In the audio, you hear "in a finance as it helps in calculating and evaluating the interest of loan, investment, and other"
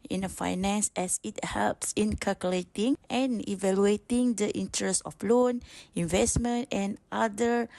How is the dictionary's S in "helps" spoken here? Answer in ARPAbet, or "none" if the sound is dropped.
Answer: S